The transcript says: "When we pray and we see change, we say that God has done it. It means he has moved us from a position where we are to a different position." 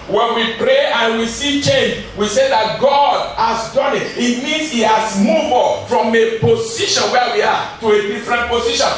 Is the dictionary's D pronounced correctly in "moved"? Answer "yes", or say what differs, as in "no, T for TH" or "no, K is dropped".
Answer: no, D is dropped